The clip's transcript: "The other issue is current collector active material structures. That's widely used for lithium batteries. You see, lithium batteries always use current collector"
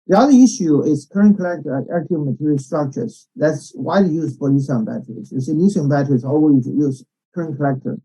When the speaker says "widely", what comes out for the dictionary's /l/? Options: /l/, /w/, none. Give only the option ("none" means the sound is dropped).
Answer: none